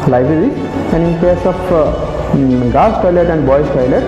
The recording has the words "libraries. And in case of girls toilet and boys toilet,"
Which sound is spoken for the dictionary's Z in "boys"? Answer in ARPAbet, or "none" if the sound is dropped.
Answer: S